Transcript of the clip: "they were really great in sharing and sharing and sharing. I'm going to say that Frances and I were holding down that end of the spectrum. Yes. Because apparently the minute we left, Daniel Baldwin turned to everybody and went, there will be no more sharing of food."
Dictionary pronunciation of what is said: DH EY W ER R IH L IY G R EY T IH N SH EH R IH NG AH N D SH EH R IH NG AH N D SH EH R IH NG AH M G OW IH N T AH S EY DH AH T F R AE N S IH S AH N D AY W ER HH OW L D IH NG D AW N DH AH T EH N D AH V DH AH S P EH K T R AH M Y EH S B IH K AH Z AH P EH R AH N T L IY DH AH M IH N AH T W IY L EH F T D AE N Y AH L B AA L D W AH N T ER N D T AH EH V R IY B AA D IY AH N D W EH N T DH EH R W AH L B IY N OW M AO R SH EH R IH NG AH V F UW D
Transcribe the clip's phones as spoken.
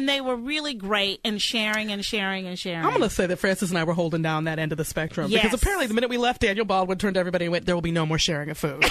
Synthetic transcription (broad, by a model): DH EY W ER R IH L IY G R EY T IH N SH EH R IH NG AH N SH EH R IH NG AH N SH EH R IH AH M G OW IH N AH S EY DH AH T F R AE N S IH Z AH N AY W ER HH OW L D IH NG D AW N DH AH T EH N D AH V DH AH S P EH K T R AH M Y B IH K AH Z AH P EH R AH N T L IY DH AH M IH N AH T W IY L EH F T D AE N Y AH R B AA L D W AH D T ER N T EH V R IY B AA D IY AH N W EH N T DH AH R W AH L B IY N OW M AO R SH EH R IH NG AH V F UW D